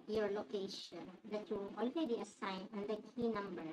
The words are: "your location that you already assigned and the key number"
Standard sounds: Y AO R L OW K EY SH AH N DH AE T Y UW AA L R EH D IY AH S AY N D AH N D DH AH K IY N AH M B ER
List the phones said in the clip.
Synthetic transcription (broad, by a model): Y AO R L OW K EY SH AH N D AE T Y UW AA L R EH D IY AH S AY N AH N D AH K IY N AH M B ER